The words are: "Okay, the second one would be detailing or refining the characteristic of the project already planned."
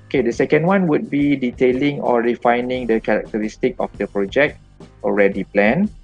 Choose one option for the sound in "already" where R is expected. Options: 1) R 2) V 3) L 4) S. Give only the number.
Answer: 1